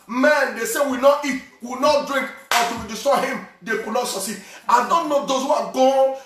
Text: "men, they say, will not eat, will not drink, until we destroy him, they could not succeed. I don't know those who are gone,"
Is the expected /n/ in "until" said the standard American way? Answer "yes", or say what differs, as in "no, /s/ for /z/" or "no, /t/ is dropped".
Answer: no, /n/ is dropped